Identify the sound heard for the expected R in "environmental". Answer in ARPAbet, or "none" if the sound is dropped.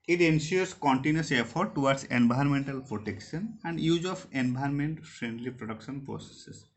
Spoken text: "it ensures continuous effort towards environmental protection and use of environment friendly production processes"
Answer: none